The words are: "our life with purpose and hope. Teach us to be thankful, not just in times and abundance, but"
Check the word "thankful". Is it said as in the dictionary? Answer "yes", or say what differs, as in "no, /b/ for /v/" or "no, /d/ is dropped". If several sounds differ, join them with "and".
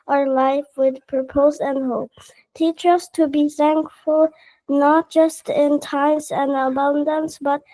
yes